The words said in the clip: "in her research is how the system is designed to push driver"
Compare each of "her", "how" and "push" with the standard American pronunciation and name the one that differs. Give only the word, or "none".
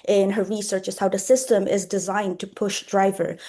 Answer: none